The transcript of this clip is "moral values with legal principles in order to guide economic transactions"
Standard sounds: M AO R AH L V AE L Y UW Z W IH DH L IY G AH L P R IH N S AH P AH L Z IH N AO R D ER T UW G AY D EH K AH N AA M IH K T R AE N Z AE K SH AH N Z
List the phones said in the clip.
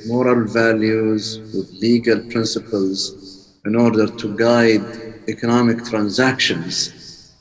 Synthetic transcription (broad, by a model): M AO R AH L V AE L Y UW Z W IH DH L IY G AH L P R IH N S AH P AH L Z IH N AO R D ER T UW G AY D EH K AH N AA M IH K T R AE N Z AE K SH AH N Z